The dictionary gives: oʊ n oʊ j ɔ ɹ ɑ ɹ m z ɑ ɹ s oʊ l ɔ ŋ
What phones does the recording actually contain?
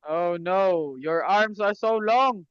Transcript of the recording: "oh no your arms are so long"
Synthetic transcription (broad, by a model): oʊ n oʊ j ɔ ɹ ɑ ɹ m s ɑ ɹ s oʊ l ɔ ŋ